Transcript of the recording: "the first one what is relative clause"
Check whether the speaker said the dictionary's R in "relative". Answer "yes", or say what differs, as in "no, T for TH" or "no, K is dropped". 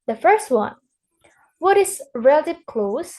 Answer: yes